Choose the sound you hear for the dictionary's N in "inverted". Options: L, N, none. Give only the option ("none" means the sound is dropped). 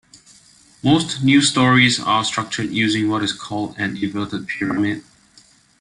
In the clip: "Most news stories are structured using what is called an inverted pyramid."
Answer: none